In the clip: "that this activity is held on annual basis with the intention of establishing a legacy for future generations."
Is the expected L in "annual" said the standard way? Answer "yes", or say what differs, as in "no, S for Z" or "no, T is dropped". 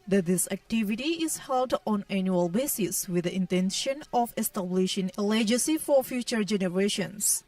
yes